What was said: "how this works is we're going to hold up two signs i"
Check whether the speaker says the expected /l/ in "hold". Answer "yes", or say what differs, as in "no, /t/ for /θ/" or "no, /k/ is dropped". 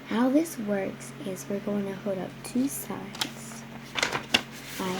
no, /l/ is dropped